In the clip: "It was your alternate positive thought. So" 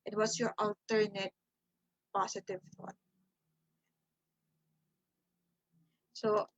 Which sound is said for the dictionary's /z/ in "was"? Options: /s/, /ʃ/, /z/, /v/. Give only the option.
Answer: /s/